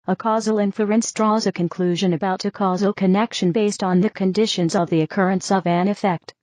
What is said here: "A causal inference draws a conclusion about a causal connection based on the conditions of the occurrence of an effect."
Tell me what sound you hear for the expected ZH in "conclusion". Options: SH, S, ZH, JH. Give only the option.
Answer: ZH